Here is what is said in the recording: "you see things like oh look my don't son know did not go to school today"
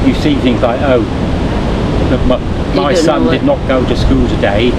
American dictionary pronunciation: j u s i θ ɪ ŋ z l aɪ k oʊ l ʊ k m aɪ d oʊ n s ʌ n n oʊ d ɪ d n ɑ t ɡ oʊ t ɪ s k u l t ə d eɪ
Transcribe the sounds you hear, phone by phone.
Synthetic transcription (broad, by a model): j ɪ s i θ ɪ ŋ z l aɪ k oʊ l ʊ k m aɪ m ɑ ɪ s ʌ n n d ɪ d n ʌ t ɡ oʊ t ɪ s k u l t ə d eɪ